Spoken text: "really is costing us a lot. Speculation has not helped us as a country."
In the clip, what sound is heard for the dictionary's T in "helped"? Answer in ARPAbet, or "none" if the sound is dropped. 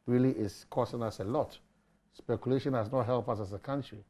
none